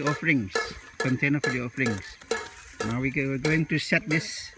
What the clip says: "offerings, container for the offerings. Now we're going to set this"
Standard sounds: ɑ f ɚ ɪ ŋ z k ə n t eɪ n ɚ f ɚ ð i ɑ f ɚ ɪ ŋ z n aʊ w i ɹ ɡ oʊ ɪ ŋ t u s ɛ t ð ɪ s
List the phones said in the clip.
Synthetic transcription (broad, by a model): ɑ f ɚ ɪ ŋ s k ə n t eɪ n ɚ f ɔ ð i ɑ f ɚ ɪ ŋ s n aʊ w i w ɡ oʊ ɪ ŋ t u s ɛ t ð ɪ s